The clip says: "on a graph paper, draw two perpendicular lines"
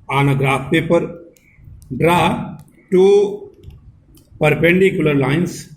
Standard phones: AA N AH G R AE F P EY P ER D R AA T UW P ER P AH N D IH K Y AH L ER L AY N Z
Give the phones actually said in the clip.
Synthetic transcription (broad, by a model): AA N AH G R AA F P EY P ER D R AA T UW P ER P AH N D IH K Y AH L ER L AY N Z